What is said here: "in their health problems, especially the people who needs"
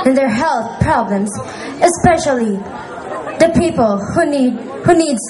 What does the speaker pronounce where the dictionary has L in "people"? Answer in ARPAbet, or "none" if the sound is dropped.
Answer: N